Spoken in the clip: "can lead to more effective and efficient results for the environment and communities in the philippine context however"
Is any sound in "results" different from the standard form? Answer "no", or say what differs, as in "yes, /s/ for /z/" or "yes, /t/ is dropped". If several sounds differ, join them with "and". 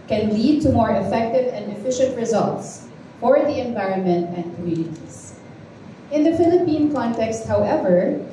no